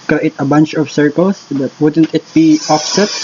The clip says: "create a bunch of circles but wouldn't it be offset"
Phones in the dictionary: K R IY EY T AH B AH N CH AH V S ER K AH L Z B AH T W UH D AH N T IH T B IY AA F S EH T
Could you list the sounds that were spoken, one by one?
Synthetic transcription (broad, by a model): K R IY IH T AH B AH N CH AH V S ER K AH L S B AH T W UH D AH N T IH T B IY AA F S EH T